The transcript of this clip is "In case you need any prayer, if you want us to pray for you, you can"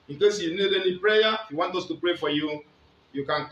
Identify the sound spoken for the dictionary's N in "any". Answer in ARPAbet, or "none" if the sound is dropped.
L